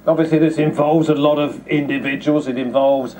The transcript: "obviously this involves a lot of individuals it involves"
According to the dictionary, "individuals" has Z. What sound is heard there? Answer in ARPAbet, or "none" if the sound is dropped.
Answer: Z